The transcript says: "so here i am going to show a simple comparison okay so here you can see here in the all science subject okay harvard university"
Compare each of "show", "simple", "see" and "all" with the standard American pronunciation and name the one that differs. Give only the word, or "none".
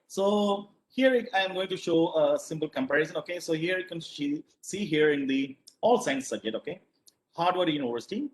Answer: none